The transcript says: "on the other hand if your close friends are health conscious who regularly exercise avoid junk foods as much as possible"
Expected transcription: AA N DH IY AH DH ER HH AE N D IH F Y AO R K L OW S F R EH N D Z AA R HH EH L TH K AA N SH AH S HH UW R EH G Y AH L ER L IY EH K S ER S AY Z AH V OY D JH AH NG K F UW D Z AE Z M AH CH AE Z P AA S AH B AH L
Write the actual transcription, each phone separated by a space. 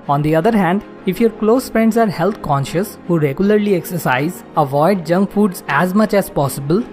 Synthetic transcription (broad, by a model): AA N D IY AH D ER HH AE N D IH F Y AO R K L OW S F R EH N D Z AA R HH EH L T K AA N SH AH S HH UW R EH G Y AH L ER L IY EH K S ER S AY Z AH V OY D JH AH NG K F UW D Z AE Z M AH CH AE Z P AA S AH B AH L